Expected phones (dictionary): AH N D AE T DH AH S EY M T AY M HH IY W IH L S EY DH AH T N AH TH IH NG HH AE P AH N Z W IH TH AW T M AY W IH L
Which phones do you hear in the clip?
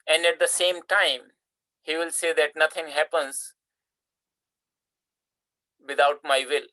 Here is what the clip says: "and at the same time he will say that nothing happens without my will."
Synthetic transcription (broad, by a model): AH N D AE T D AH S EY M T AY M HH IY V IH L S EY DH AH T N AH T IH NG HH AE P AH N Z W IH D AW T M AY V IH L